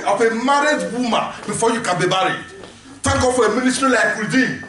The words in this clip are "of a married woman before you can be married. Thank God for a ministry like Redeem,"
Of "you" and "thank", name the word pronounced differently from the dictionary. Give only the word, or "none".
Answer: thank